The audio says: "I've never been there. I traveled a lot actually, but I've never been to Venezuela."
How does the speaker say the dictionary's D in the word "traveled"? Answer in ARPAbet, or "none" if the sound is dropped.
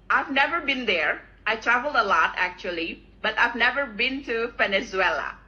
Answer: D